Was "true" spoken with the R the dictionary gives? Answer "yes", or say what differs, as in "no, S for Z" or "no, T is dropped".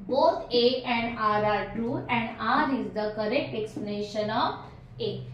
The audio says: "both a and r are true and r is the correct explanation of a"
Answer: no, R is dropped